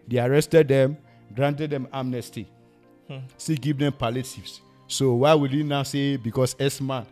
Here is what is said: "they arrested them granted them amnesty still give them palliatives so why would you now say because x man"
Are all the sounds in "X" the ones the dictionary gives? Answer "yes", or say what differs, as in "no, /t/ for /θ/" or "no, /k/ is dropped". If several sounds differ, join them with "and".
no, /k/ is dropped